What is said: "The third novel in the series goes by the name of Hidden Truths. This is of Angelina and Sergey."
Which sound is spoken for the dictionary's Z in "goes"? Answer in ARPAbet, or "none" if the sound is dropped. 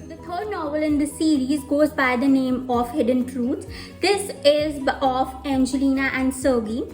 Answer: Z